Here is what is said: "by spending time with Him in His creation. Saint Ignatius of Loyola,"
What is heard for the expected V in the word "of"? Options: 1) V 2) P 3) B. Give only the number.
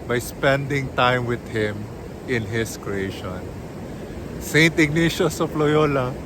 2